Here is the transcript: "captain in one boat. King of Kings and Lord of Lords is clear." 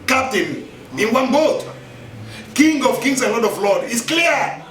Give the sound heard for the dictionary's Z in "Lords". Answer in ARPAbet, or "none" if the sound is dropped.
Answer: none